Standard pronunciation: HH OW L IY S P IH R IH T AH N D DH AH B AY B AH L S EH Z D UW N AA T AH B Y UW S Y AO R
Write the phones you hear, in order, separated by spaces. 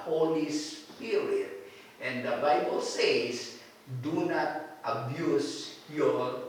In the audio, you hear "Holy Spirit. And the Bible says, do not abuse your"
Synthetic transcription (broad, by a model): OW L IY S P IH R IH T AH N D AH B AY B AH L S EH S D UW N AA T AH B Y UW S Y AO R